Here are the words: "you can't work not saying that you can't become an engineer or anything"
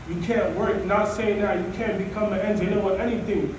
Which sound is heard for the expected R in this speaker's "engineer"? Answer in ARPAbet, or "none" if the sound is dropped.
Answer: W